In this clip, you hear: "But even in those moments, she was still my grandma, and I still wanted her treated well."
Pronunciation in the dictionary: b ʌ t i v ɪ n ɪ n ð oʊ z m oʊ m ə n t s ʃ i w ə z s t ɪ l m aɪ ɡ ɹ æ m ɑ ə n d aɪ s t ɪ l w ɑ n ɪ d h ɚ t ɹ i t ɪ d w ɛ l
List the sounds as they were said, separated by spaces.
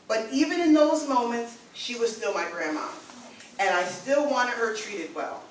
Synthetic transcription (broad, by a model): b ʌ t i v ɪ n ɪ n ð oʊ z m oʊ m ə n t s ʃ i w ə z s t ɪ l m aɪ ɡ ɹ æ m ɑ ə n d aɪ s t ɪ l w ɑ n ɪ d h ɚ t ɹ i t ɪ d w ɛ l